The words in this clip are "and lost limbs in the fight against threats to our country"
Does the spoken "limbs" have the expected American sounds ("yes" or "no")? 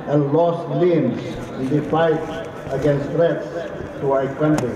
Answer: no